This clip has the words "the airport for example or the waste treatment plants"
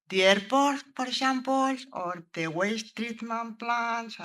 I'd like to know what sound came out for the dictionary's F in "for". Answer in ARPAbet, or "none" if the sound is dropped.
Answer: P